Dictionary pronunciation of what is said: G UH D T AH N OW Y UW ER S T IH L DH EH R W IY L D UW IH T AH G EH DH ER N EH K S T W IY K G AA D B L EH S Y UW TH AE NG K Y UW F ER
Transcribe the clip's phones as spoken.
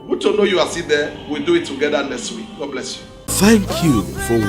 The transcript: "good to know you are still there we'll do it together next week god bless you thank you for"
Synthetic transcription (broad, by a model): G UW T AH N OW Y UW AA S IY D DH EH W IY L D UW IH T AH G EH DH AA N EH S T W IY K G AA D B L EH S Y UW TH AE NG K Y UW F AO